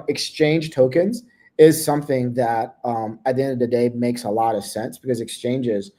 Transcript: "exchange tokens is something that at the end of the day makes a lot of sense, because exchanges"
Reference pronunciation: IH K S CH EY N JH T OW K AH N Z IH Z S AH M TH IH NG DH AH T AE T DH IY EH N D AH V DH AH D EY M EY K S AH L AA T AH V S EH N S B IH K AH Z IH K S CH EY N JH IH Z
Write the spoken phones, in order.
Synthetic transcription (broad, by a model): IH K S CH EY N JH T OW K AH N Z IH Z S AH M TH IH NG DH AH T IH T DH IY EH N D AH V DH AH D EY M EY K S AH L AA T AH V S EH N S B IH K AH Z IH K S CH EY N JH IH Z